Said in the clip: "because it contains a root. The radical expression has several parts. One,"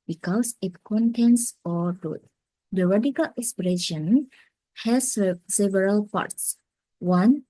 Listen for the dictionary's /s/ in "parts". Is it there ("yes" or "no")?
yes